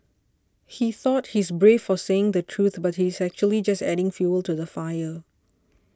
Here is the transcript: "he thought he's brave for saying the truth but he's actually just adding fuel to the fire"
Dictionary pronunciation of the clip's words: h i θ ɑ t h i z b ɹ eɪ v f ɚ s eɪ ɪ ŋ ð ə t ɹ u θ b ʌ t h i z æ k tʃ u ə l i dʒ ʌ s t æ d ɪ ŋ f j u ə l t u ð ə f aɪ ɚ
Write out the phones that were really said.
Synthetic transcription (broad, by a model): h i θ ɑ t h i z b ɹ eɪ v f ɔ s eɪ ɪ ŋ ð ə t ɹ u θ b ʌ t h i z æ k tʃ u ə l i dʒ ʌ s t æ d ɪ ŋ f j u ə l t u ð ə f aɪ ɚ